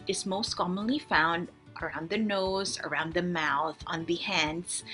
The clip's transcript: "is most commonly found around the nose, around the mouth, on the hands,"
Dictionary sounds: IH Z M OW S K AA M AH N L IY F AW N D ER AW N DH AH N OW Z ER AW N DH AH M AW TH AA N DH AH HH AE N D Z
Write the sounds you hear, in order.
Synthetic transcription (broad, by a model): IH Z M OW S K AA M AH N L IY F AW N D ER AW N DH AH N OW Z ER AW N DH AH M AW TH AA N DH AH HH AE N D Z